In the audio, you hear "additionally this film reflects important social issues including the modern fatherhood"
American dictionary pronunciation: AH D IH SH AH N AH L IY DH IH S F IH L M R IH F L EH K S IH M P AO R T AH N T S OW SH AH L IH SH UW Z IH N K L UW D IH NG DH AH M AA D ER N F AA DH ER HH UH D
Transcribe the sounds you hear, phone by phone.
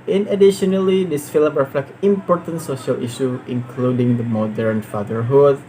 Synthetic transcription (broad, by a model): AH D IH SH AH N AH L IY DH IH S F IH L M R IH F L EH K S IH M P AO R T AH N T S OW SH AH L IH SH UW IH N K L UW D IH NG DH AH M AA D ER N F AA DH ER HH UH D